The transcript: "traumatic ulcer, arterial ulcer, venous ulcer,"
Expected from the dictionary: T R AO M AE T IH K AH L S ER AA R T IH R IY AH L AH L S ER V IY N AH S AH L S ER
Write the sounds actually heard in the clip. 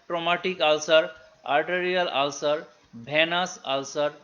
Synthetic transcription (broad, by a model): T R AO M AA T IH K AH L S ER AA R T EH R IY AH L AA L S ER B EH N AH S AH L S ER